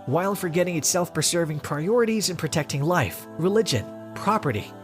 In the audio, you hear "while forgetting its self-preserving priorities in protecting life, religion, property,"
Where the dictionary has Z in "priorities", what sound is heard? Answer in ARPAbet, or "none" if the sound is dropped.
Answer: Z